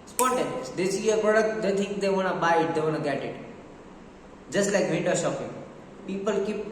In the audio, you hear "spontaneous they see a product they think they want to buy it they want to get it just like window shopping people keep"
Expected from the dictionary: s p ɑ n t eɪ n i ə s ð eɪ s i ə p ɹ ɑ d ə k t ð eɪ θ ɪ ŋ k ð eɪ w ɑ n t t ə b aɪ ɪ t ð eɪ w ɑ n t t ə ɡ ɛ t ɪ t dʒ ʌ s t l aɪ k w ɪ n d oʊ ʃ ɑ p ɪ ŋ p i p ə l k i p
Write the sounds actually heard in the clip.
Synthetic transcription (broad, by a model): s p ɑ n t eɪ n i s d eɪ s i ə p ɹ ɑ d ə k t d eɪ t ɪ ŋ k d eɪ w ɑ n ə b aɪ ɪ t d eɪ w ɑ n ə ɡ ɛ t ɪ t dʒ ʌ s t l aɪ k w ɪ n d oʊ ʃ ɑ p ɪ ŋ p i p ə l k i p